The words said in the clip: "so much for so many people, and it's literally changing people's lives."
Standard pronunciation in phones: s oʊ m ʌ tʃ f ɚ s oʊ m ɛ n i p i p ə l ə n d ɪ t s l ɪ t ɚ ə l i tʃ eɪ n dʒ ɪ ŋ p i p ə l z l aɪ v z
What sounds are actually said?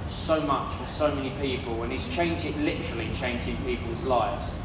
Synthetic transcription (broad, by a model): s oʊ m ʌ tʃ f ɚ s oʊ m ɛ n i p i p ə l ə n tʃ ɪ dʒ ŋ l ɪ t ɚ ə l i tʃ eɪ n dʒ ɪ ŋ p i p ə l z l aɪ v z